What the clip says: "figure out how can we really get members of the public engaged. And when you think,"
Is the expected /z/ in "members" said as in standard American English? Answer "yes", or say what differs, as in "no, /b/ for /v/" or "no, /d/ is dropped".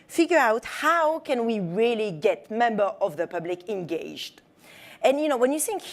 no, /z/ is dropped